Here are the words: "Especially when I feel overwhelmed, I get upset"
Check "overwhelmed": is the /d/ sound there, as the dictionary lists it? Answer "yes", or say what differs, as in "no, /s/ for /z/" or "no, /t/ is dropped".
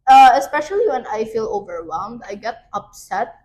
yes